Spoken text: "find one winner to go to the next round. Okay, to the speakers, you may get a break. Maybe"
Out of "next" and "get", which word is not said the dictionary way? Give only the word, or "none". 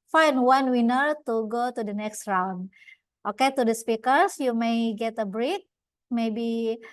none